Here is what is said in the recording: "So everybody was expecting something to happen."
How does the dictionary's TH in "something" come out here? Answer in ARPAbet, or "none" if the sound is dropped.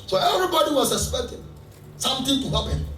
T